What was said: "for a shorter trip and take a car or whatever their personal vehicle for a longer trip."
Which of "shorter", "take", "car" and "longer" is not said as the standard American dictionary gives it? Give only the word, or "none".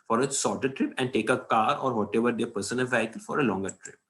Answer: shorter